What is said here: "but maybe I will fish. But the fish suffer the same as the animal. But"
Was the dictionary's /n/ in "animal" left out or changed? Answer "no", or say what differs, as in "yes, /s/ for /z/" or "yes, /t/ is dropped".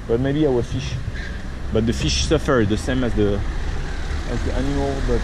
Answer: no